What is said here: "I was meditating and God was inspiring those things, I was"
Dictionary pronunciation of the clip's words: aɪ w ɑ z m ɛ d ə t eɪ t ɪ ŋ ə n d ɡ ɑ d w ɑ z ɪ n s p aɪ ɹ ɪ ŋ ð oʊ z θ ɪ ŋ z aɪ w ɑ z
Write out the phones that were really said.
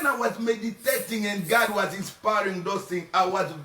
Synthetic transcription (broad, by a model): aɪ w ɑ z m ɛ d ə t eɪ t ɪ ŋ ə n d ɡ ɑ d w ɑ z ɪ n s p aɪ ɹ ɪ ŋ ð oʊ θ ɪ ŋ aɪ w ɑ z